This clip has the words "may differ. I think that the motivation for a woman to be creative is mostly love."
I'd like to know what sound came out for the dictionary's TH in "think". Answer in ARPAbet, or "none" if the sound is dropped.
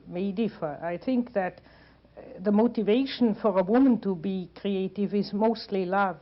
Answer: TH